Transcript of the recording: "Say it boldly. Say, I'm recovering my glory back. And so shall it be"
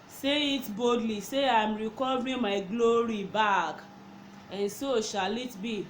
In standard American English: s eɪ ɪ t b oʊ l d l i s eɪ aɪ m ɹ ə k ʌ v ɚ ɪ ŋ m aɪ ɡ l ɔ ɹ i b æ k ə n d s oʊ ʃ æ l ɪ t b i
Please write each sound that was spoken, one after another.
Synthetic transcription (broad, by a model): s eɪ ɪ t b oʊ d l i s eɪ aɪ m ɹ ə k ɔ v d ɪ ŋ m aɪ ɡ l ɔ ɹ i b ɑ k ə n s oʊ ʃ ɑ l ɪ t b i